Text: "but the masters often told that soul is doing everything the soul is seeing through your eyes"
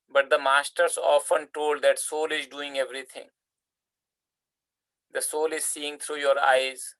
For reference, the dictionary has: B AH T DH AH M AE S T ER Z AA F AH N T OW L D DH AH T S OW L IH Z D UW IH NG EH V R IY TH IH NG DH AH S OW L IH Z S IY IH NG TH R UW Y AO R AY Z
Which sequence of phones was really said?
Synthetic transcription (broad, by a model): B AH T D AH M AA S T ER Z AA F AH N T OW L D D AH T S OW L IH Z D UW IH NG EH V R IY T IH NG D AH S OW L IH Z S IY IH NG T R UW Y AO R AY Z